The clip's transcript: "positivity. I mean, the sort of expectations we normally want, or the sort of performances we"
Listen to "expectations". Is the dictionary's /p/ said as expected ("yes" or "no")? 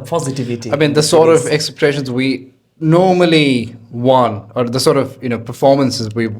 no